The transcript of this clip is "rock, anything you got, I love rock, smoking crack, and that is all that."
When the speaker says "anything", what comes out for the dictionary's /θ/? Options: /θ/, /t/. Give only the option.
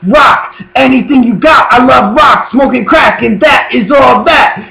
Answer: /θ/